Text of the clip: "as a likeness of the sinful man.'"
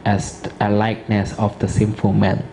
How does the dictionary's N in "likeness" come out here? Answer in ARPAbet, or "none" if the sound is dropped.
N